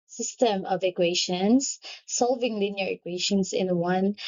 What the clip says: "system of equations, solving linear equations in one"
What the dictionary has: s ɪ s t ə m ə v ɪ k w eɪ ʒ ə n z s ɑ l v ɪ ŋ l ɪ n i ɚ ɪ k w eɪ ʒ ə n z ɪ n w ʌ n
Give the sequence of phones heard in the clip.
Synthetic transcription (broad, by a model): s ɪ s t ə m ə v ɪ k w eɪ ʃ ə n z s ɑ l v ɪ ŋ l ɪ n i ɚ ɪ k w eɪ ʃ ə n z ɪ n w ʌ n